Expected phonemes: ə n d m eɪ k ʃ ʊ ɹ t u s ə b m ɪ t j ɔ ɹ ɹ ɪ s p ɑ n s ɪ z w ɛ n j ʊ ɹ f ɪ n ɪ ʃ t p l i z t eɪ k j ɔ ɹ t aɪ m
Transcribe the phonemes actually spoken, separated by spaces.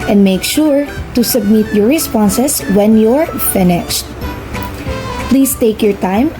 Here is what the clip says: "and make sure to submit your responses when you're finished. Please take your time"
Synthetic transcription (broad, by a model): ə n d m eɪ k ʃ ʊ ɹ t u s ə b m ɪ t j ɔ ɹ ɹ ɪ s p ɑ n s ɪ s w ɛ n j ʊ ɹ f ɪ n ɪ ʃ t p l i s t eɪ k j ɔ ɹ t aɪ m